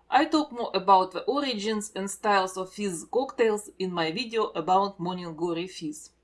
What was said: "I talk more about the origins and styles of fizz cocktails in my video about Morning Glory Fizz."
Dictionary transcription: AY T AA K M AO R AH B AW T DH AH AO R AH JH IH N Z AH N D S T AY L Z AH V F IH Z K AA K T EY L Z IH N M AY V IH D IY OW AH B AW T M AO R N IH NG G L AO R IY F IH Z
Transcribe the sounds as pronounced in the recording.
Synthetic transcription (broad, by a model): AY T AA K M AO R AH B AW T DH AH AO R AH JH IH N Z AH N D S T AY L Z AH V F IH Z K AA K T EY L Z IH N M AY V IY D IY OW AH B AW T M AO N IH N G AO R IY F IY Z